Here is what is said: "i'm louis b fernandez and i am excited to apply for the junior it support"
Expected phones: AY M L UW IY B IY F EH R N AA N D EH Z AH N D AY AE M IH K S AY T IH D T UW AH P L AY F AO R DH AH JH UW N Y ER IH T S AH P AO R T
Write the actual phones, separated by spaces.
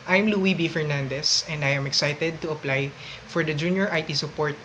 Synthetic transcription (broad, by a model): AY M L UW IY B IY F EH R N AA N D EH S AH N D AY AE M IH K S AY T IH D T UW AH P L AY F AO R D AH JH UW N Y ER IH T S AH P AO R T